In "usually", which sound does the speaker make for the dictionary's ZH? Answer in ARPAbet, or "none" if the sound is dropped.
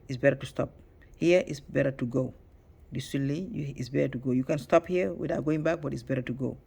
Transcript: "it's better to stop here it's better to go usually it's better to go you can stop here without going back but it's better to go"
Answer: S